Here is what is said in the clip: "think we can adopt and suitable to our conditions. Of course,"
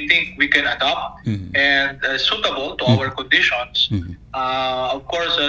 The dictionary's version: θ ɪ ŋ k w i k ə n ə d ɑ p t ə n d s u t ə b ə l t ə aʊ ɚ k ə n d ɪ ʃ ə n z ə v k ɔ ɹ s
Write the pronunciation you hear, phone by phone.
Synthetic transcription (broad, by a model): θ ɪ ŋ k w i k ə n ə d ɑ p t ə n d s u t ə b ə l t ə aʊ ɚ k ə n d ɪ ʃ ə n s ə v k ɔ ɹ s